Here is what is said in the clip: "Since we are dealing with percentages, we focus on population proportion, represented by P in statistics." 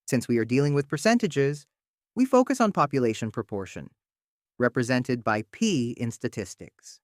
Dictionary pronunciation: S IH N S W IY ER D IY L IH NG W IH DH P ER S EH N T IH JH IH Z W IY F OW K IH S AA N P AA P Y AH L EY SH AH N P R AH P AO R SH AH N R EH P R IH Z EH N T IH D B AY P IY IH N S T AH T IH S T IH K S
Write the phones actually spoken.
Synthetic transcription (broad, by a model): S IH N S W IY ER D IY L IH NG W IH DH P ER S EH N T IH JH IH Z W IY F OW K IH S N P AA P Y AH L EY SH AH N P R AH P AO R SH AH N R EH P R IH Z EH N T IH D B AY P IY IH N S T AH T IH S T IH K S